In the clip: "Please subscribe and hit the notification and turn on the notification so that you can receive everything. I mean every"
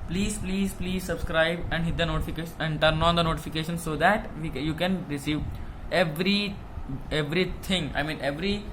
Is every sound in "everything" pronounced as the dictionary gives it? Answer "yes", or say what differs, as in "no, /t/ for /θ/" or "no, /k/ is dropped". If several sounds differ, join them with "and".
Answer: no, /t/ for /θ/